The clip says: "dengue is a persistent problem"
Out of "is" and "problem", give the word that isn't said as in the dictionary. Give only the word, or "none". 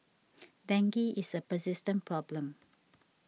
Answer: is